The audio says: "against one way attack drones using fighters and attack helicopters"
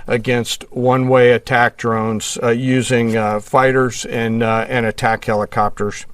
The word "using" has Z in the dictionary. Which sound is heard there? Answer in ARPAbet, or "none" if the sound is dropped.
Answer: Z